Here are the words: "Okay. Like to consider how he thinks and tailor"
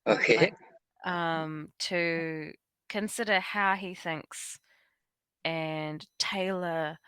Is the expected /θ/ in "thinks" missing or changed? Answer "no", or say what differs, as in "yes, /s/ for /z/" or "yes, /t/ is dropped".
no